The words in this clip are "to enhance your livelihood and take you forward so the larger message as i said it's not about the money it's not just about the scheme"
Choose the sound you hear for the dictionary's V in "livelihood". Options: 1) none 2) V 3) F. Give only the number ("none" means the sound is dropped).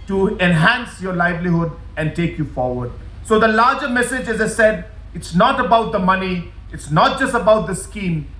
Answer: 2